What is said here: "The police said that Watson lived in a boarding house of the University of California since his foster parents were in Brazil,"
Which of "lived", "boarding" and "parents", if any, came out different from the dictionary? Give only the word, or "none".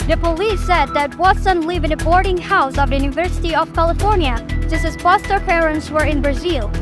lived